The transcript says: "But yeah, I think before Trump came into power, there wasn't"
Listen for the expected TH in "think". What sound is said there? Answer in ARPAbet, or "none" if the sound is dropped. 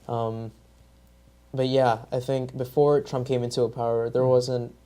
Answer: TH